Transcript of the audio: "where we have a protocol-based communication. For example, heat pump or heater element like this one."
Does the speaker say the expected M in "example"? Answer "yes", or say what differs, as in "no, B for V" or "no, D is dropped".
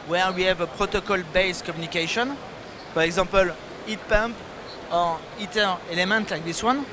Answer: no, M is dropped